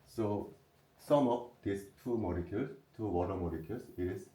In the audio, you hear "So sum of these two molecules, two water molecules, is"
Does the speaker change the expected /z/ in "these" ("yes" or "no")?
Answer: yes